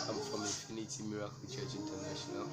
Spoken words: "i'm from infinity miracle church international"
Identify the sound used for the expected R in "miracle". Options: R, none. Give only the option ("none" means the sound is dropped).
R